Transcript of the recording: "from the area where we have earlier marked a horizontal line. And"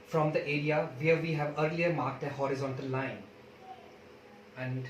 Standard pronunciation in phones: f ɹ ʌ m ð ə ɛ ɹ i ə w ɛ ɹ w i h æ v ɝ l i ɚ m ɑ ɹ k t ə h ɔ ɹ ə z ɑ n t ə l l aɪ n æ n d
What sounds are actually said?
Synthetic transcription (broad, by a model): f ɹ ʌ m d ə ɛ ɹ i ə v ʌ ɹ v i h æ v ɝ l i ɚ m ɑ ɹ k t ə h ɔ ɹ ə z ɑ n t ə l l aɪ n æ n d